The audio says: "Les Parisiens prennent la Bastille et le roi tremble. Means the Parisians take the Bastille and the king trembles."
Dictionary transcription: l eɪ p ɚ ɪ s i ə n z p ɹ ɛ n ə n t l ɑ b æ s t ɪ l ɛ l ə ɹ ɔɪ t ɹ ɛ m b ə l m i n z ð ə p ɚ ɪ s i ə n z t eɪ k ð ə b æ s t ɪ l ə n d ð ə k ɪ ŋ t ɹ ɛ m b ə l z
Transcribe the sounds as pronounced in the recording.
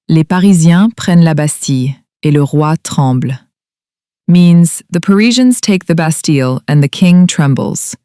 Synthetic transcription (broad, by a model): l eɪ p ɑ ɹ i z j ɛ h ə n l ɑ b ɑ s t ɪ ɛ l ə ɹ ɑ t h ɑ b l m i n z ð ə p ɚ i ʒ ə n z t eɪ k ð ə b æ s t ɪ l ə n ð ə k ɪ ŋ t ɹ ɛ m b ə l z